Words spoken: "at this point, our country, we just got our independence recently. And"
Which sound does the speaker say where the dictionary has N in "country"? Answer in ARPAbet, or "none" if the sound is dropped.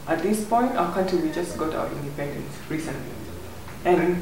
none